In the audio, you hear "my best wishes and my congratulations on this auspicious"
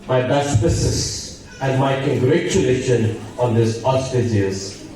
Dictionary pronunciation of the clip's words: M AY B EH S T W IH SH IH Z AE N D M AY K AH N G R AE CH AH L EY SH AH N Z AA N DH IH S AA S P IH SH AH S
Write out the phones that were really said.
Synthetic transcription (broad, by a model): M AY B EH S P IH S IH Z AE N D M AY K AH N G R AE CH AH L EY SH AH N AA N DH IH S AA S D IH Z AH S